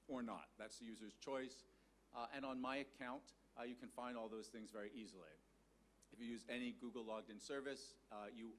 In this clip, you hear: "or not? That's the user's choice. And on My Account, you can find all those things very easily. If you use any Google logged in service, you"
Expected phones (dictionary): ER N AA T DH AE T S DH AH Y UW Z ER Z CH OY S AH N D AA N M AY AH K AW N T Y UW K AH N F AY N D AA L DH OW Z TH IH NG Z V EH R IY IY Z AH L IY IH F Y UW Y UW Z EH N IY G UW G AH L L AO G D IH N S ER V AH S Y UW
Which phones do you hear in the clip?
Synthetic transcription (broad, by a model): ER N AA T DH AE T S DH AH Y UW Z ER Z CH OY S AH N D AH N M AY AH K AW N T Y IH K AH N F AY N D AA L DH OW Z TH IH NG Z V EH R IY IY Z L IY IH F Y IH Y UW Z EH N IY G UW G L L AO G D IH N S ER V AH S Y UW